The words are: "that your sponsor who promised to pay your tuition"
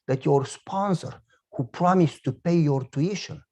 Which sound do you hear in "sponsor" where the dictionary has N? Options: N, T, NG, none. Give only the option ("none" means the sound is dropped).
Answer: N